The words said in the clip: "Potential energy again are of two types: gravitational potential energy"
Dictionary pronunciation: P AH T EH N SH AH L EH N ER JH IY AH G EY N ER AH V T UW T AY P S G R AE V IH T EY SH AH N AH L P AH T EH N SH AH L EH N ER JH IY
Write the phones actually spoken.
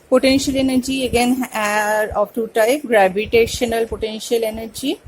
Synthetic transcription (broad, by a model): P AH T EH N SH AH L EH N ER JH IY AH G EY N ER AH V T UW T AY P G R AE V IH T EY SH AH N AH L P AH T EH N SH AH L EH N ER JH IY